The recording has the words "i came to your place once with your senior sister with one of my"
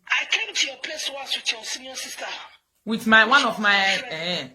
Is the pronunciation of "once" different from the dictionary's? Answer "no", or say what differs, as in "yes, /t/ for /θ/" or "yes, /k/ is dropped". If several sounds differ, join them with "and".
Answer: yes, /n/ is dropped